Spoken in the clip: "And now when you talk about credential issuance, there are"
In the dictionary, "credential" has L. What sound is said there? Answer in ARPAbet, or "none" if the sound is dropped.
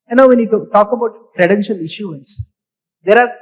L